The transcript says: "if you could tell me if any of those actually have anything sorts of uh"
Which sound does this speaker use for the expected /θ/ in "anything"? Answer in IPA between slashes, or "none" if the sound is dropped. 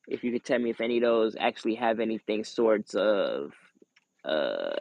/θ/